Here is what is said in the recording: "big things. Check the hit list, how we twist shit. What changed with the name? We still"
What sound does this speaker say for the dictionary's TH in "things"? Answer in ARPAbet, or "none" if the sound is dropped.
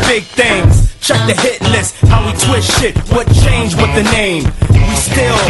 TH